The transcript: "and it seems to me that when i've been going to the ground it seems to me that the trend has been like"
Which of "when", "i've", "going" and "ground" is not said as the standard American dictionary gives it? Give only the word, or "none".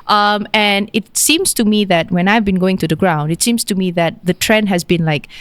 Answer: none